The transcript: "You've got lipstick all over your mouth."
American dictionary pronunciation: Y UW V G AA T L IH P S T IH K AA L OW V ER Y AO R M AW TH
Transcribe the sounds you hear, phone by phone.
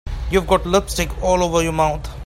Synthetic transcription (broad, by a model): Y UW V G AA T L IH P S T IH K AA L OW V ER Y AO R M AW T